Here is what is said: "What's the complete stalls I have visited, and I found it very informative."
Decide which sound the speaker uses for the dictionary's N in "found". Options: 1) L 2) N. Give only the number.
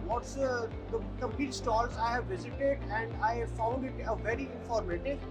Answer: 1